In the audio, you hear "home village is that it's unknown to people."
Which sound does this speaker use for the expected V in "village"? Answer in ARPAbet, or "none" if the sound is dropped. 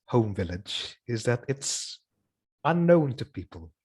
V